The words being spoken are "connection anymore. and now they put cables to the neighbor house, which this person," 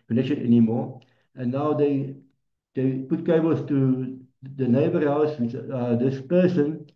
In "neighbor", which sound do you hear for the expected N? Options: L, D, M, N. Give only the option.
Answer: N